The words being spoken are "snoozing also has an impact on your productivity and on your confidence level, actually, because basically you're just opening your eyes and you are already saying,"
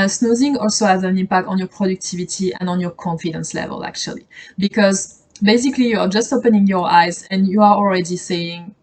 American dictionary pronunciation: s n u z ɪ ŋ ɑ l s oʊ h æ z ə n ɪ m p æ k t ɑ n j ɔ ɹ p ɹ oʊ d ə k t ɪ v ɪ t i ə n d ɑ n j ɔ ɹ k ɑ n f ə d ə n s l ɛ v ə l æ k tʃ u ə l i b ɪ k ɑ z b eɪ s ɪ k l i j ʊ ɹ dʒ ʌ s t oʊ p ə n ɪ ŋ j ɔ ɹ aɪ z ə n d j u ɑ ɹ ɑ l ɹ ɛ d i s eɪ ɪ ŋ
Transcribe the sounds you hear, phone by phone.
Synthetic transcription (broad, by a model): s n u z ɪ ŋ ɑ l s oʊ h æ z ə n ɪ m p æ k t ɑ n j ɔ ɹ p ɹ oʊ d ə k t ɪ v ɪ t i ə n d ɑ n j ɔ ɹ k ɑ n f ə d ə n s l ɛ v ə l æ k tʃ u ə l i b ɪ k ɑ z b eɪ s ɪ k l i j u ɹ dʒ ʌ s t oʊ p ə n ɪ ŋ j ɔ ɹ aɪ z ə n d j u ɑ ɹ ɑ l ɹ ɛ d i s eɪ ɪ ŋ